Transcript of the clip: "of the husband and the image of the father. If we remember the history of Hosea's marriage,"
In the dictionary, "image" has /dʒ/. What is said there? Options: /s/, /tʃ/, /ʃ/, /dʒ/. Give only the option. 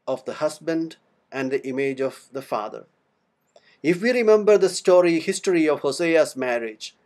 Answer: /dʒ/